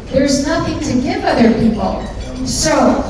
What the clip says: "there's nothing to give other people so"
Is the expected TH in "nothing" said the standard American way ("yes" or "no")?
yes